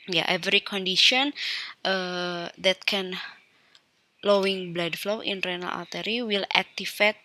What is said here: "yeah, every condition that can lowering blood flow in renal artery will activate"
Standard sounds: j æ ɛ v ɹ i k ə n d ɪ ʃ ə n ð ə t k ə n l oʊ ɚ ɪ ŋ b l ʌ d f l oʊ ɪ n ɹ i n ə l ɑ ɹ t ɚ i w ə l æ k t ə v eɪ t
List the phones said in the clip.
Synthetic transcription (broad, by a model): j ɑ ɛ v ɹ i k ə n d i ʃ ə n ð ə t k ə n l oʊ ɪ ŋ b l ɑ d f l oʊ ɪ n ɹ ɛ n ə l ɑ l t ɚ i w ə l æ k t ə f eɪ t